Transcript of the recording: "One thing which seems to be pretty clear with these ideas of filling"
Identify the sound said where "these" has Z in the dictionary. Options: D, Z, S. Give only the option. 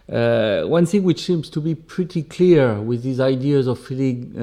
Z